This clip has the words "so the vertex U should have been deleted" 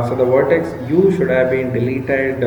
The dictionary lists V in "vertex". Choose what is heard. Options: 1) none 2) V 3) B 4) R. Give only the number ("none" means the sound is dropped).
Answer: 2